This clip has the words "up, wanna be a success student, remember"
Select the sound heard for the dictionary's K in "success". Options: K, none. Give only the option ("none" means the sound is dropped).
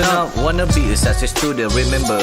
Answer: none